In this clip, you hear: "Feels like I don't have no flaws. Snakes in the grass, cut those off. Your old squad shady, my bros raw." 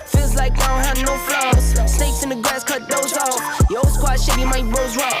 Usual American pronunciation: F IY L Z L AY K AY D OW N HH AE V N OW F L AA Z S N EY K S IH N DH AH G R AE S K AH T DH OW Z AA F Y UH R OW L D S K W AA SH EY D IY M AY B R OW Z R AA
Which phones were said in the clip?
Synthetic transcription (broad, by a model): F IY L Z L AY K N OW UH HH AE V N OW F L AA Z S N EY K S IH N DH AH G R AE S K AH T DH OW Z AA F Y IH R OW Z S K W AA SH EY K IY M AY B OW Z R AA